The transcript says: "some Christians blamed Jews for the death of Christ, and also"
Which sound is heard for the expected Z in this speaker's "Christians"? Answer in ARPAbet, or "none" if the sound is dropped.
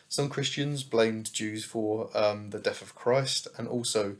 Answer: Z